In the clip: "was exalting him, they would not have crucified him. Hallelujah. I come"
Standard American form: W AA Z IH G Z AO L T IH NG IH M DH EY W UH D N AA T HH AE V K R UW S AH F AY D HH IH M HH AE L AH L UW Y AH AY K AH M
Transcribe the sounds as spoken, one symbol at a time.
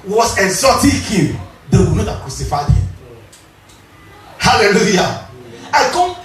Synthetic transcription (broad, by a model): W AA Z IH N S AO T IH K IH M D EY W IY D N AA T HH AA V K R UW S AH F AY D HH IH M HH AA L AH L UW Y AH AY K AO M